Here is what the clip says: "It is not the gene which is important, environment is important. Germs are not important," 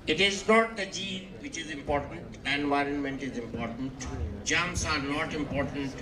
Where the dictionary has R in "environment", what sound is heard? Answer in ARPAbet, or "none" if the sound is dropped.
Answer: R